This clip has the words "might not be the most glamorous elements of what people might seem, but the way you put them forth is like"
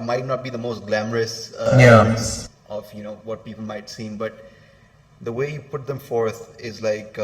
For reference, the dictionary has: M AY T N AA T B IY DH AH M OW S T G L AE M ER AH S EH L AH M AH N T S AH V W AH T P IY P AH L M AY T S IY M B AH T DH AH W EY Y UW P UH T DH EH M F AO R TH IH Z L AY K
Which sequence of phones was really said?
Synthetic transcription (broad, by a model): M AY T N AA T B IY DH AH M OW S T G L AE M ER AH S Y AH AH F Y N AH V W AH T P IY P AH L M AY T S IY M B AH T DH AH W EY Y UW P UH T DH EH M F AO R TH IH Z L AY K